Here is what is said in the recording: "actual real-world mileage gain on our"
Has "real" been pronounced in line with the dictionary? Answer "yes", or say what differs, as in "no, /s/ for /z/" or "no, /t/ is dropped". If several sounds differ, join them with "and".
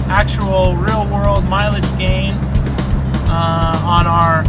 yes